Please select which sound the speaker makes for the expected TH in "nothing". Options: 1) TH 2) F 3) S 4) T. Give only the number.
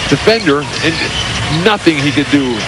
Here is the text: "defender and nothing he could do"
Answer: 1